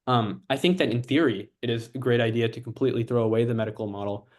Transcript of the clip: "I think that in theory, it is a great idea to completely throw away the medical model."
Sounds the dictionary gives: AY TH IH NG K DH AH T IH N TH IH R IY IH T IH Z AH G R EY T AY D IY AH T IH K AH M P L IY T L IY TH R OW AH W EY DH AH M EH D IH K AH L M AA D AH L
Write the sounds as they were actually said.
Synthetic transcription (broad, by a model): AY TH IH NG K DH AH T IH N TH IH R IY IH T IH Z AH G R EY T AY D IY AH T IH K M P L IY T L IY TH R OW AH W EY DH AH M EH D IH K L M AA D L